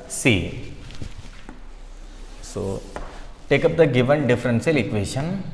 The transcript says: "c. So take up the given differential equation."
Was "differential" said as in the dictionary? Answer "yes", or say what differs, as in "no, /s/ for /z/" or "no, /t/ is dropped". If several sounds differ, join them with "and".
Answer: no, /s/ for /ʃ/